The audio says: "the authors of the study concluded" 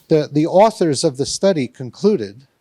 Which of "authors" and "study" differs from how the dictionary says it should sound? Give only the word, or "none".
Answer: none